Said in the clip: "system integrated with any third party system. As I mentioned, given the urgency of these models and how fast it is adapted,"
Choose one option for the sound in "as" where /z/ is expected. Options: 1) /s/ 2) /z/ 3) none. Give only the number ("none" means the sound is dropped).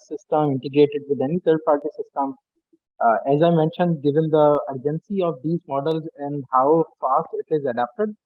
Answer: 2